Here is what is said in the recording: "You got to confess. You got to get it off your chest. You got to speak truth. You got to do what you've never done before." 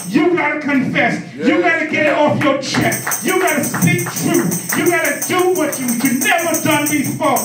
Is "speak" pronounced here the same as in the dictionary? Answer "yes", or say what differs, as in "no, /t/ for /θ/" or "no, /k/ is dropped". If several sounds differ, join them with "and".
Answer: no, /p/ is dropped